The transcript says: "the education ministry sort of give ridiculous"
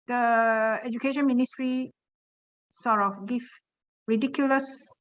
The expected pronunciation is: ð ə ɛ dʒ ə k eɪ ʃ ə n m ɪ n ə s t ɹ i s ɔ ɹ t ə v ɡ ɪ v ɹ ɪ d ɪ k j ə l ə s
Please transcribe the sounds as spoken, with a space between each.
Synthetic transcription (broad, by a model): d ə ɛ dʒ ə k eɪ ʃ ə n m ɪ n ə s t ɹ i s ɔ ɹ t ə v ɡ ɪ f ɹ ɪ d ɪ k j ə l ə s